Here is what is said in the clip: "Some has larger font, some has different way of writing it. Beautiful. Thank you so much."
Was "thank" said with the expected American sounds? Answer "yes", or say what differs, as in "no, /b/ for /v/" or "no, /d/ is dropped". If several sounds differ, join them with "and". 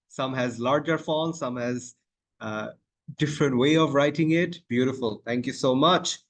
no, /t/ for /θ/